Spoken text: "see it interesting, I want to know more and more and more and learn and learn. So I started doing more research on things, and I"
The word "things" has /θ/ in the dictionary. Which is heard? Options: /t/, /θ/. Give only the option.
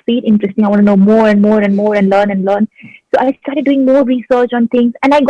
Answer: /t/